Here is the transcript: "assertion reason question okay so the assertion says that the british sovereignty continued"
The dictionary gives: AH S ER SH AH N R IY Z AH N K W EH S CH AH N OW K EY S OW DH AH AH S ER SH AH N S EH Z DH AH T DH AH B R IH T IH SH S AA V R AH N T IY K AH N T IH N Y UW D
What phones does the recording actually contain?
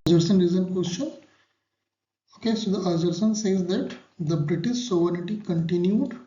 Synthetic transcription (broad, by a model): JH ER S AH N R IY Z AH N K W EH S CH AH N OW K EY S OW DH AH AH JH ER S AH N S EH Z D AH T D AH B R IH T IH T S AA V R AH T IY K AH N T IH N Y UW D